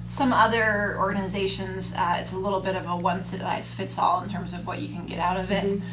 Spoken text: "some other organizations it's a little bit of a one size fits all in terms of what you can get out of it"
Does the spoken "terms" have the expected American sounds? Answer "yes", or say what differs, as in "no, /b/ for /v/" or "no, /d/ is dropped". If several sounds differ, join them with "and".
yes